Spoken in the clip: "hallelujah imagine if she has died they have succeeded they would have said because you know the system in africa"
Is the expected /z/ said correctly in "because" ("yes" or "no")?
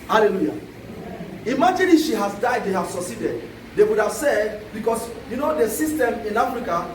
no